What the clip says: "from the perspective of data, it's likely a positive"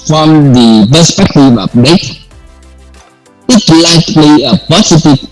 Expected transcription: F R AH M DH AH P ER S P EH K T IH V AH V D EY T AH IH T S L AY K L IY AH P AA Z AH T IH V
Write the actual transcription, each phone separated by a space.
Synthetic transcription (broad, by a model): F R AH M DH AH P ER S P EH K T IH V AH P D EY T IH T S L AY K L IY AH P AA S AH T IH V